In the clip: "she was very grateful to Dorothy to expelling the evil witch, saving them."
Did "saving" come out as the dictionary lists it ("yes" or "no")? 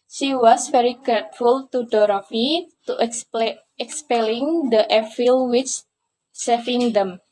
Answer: no